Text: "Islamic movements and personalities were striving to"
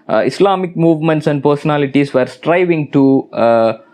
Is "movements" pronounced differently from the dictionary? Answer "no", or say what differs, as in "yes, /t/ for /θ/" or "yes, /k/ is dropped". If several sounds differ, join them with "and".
no